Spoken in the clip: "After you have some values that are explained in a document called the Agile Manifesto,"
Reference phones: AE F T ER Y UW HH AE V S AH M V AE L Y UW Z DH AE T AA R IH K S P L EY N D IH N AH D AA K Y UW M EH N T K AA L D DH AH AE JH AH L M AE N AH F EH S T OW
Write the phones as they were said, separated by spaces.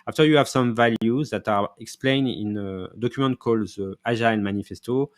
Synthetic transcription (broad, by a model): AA F T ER Y UW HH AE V S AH M V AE L Y UW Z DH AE T AA R IH K S P L EY N D IH N AH D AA K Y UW M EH N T K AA L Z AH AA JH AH N M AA N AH F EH S T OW